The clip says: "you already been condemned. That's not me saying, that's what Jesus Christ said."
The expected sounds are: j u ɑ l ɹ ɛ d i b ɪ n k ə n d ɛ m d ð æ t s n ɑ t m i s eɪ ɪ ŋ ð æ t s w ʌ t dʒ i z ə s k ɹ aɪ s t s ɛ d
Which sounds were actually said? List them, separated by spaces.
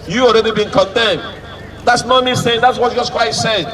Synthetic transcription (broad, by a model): j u ɑ l ɹ ɛ d i b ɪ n k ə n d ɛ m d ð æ t s n ɑ t m i s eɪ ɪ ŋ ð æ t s w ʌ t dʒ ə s k w aɪ t s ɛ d